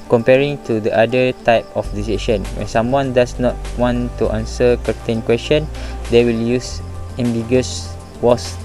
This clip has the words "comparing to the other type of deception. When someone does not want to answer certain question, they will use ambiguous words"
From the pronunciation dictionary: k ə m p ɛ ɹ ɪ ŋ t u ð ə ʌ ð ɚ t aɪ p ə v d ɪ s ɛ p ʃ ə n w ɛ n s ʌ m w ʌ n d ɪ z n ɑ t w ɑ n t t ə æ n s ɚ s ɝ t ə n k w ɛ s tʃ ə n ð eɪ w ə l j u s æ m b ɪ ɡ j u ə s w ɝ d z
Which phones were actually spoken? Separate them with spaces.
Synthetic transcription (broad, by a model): k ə m p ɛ ɹ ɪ ŋ t u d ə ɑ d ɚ t aɪ p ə f d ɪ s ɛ ʃ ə n w ɛ n s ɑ m w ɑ n d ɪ s n ɑ t w ɑ n t t ə n s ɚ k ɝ t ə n k w ɛ s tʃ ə n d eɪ w ə l j u s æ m b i ɡ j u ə s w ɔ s